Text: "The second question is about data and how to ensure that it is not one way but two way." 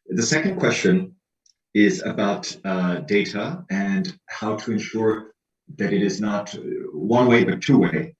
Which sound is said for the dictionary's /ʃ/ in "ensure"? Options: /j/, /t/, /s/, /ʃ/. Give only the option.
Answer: /ʃ/